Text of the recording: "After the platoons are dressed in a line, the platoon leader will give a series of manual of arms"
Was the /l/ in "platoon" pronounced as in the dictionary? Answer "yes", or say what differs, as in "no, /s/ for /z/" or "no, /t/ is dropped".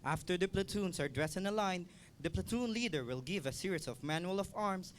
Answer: yes